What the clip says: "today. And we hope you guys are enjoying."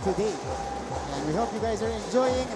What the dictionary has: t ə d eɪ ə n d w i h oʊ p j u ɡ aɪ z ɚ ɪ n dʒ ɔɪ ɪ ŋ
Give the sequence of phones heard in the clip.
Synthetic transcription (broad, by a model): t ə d eɪ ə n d w i h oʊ p j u ɡ aɪ z ɚ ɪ n dʒ ɔɪ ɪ ŋ